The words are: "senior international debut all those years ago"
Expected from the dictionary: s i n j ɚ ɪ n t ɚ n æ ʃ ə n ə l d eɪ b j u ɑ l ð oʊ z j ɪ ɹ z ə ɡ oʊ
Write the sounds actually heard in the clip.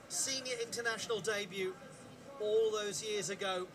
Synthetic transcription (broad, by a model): s i n j ɚ ɪ n t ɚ n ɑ ʃ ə n ə l d eɪ b j u ɑ l ð oʊ z j ɪ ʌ z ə ɡ oʊ